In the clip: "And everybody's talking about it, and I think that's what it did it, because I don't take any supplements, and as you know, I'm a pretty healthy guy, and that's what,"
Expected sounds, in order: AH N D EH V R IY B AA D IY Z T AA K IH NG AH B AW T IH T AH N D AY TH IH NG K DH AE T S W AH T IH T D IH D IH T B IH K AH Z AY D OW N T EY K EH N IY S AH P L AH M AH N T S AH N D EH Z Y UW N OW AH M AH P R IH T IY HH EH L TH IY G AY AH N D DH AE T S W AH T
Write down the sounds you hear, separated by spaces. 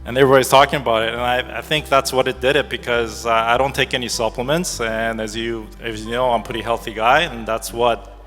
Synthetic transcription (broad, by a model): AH N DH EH R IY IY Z T AA K IH NG AH B AW T IH T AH N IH AY TH IH NG K DH AE T S W AH T IH T D IH D IH T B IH K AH Z AY D OW N T EY K EH N IY S AH P L AH M AH N T S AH N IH Z Y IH N OW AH AH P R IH T IY HH EH L TH IY G AY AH N DH AE T S W AH T